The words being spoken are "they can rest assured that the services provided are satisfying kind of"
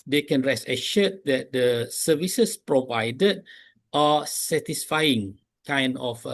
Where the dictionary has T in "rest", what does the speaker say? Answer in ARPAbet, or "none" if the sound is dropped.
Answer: none